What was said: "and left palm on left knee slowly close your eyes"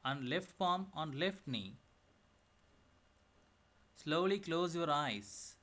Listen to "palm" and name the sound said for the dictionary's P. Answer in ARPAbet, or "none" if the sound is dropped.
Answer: F